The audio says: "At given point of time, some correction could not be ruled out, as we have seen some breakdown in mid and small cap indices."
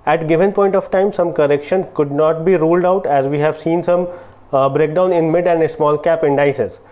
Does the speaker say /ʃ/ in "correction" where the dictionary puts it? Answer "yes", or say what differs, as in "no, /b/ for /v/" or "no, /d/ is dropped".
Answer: yes